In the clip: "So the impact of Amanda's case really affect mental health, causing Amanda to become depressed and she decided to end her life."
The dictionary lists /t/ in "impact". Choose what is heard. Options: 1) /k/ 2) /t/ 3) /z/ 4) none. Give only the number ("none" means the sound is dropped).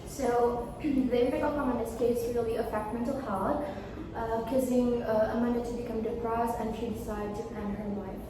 4